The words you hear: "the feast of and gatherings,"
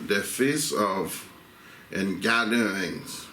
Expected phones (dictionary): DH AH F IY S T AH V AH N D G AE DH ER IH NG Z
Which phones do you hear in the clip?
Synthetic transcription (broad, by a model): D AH F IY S AH V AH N G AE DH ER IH NG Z